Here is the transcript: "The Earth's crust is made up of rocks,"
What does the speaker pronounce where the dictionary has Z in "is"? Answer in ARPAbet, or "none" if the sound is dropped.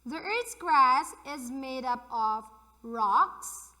Z